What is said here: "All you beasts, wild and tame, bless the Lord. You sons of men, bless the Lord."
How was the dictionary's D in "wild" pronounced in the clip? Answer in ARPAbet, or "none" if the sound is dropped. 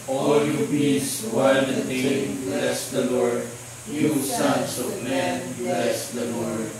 none